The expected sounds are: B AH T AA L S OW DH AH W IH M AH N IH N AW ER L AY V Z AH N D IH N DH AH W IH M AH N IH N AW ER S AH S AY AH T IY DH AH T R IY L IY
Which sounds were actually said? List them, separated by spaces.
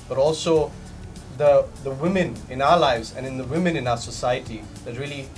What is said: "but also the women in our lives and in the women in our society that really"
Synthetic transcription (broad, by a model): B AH T AA L S OW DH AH W IH M AH N IH N AW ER L AY V Z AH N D IH N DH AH W IH M AH N IH N AW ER S AH S AY AH T IY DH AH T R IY L IY